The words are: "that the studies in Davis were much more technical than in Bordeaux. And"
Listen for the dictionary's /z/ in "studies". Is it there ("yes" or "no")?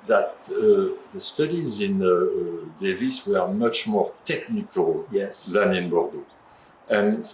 yes